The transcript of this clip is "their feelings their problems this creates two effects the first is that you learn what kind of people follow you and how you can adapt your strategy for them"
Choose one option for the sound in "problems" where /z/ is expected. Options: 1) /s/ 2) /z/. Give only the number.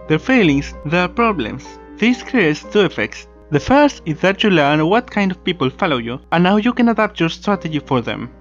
1